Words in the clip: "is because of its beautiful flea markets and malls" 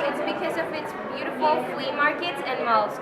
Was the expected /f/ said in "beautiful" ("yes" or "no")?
yes